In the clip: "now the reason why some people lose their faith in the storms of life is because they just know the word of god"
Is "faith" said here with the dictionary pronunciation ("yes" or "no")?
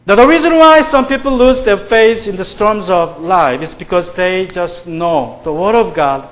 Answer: no